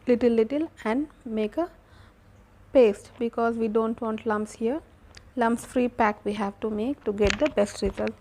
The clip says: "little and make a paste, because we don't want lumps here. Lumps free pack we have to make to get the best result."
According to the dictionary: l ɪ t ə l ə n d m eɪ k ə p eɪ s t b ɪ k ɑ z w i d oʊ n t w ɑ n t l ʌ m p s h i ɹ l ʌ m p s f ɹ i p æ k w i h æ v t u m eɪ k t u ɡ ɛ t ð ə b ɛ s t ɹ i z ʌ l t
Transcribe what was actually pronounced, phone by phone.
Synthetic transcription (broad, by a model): l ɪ t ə l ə n d m eɪ k ə p eɪ s t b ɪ k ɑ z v i d oʊ n t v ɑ n t l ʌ m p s h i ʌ l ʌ m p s f ɹ i p æ k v i h æ v t u m eɪ k t u ɡ ɛ t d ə b ɛ s t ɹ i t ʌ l